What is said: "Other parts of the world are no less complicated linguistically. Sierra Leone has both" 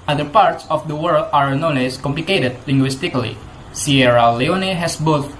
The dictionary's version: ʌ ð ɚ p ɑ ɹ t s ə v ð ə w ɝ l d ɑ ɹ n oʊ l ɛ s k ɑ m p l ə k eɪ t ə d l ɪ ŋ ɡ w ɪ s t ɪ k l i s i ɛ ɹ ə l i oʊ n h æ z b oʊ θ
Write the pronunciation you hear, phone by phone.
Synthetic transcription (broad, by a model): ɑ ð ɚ p ɑ ɹ t s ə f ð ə w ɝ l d ɑ ɹ n oʊ n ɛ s k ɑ m p l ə k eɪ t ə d l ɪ ŋ ɡ w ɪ s t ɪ k l i s i ɛ ɹ ə l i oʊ n h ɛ s b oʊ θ